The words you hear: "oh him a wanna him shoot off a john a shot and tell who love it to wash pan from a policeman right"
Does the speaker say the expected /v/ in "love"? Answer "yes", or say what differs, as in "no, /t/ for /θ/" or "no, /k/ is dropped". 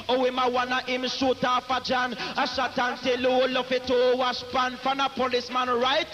no, /f/ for /v/